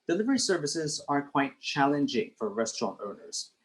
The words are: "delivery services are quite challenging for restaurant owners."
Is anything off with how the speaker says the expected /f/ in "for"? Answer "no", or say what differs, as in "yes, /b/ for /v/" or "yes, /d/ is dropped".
no